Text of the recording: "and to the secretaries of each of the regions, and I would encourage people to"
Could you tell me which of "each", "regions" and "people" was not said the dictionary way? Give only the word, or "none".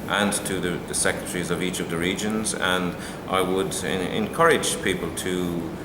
none